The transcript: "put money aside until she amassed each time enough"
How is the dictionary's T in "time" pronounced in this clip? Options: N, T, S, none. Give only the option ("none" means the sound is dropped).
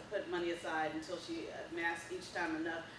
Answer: T